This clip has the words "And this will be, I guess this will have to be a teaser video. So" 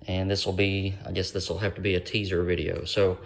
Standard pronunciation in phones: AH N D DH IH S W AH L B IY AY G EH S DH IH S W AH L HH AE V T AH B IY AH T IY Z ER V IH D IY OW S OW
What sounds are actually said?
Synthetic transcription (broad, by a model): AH N DH IH S W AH L B IY AY G EH S DH IH S W AH L HH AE F T AH B IY AH T IY Z ER V IH D IY OW S OW